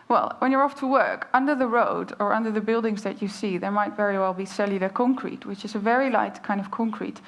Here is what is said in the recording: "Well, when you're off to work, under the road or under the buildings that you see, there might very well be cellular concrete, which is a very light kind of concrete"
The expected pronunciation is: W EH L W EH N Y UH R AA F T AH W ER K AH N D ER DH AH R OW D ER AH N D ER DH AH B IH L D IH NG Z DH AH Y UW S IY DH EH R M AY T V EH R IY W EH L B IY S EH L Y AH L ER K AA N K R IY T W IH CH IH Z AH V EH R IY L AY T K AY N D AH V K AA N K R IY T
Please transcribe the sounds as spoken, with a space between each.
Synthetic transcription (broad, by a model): W EH L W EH N Y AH R AA F T AH W ER K AH N D ER DH AH R OW D ER AH N D ER DH AH B IH L D IH NG Z DH AH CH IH S IY DH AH R M AY T V EH R IY W EH L B IY S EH L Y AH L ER K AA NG K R IY T W IH CH IH Z AH V EH R IY L AY T K AY N D AH V K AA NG K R IY T